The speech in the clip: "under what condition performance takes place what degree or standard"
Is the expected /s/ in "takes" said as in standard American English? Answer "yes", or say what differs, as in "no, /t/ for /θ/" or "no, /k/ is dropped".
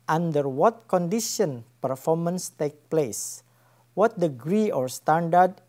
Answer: no, /s/ is dropped